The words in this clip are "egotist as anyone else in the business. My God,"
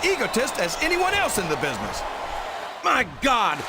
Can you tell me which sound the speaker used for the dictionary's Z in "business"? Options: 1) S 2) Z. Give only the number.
2